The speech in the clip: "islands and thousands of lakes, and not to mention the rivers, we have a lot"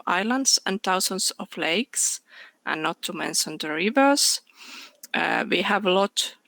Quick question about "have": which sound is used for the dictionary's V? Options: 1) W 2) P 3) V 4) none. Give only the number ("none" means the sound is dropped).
3